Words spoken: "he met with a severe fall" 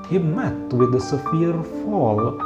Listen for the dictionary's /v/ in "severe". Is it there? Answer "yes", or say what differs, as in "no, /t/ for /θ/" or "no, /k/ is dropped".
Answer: no, /f/ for /v/